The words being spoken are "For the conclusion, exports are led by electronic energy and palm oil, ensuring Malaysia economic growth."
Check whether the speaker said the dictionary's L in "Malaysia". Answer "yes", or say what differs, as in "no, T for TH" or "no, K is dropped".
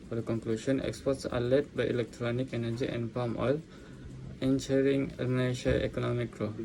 no, N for L